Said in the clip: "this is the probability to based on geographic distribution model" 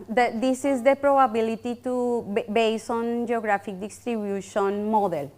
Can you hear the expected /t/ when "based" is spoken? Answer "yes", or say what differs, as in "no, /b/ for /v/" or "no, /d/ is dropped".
no, /t/ is dropped